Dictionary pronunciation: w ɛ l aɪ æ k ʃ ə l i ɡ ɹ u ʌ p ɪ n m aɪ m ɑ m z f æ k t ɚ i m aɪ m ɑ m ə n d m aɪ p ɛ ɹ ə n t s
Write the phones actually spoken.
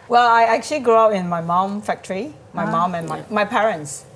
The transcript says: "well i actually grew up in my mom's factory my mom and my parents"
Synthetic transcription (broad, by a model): w ɛ l aɪ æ k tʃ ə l i ɡ ɹ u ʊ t ɪ n m aɪ m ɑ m f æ k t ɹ i m aɪ m ɑ m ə n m m aɪ p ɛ ɹ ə n t s